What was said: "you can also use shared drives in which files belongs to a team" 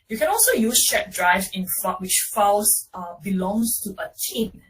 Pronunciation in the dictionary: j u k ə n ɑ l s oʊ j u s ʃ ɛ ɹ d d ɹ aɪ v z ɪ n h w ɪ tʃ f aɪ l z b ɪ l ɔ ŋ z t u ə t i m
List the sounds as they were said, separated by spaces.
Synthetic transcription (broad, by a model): j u k ə n ɑ l s oʊ j u s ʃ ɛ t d d ɹ aɪ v ɪ n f w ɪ tʃ f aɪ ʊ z b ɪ l ɔ ŋ s t u ə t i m